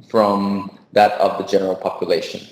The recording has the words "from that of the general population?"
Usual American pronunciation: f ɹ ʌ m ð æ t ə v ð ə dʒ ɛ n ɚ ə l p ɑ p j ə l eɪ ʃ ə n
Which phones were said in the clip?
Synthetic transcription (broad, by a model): f ɹ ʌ m ð æ t ə v ð ə dʒ ɛ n ɚ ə l p ɑ p j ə l eɪ ʃ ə n